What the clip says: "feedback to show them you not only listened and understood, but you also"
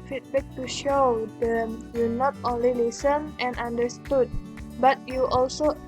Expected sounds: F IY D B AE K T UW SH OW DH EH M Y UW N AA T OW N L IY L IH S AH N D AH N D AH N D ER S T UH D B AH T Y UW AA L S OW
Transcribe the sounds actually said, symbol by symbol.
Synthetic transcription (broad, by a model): F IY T B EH K T UW SH OW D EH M Y UW N AA T OW N L IY L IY S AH N AH N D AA N D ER S T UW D B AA T Y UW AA L S OW